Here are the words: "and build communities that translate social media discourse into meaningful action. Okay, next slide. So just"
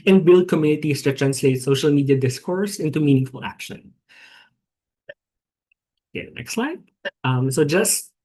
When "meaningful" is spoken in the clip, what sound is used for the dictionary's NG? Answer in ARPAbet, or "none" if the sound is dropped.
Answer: NG